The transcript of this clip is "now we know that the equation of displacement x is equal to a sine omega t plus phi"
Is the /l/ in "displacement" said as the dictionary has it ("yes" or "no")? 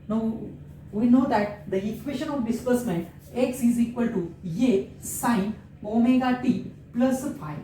no